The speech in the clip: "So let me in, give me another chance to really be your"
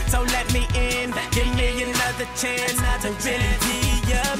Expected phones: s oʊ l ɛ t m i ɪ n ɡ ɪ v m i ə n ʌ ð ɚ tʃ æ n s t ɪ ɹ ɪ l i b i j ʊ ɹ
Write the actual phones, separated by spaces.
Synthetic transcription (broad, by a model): s oʊ l ɛ t m i ɪ n ɡ ɪ v m i ə n ʌ ð ɚ tʃ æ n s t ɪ w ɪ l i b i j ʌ